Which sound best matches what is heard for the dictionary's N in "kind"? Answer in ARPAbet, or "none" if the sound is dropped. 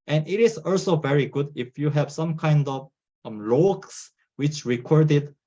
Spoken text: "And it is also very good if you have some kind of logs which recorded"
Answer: N